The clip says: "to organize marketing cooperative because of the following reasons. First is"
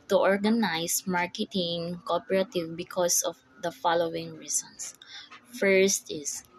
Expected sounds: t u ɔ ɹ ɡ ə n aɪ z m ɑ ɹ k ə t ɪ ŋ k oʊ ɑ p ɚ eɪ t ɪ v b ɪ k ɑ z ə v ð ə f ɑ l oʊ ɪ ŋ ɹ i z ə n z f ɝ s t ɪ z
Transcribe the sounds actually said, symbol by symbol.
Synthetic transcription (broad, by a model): t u ɔ ɹ ɡ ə n aɪ s m ɑ ɹ k ə t ɪ ŋ k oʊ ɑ p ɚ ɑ t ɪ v b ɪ k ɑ s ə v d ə f ɑ l oʊ ɪ ŋ ɹ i s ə n s f ɝ s t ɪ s